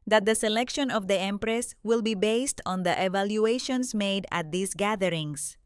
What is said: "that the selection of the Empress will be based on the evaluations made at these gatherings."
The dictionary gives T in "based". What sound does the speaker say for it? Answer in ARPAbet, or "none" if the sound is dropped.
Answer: T